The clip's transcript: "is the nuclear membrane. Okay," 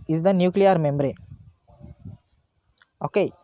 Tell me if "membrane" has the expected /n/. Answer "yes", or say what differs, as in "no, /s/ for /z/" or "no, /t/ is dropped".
no, /n/ is dropped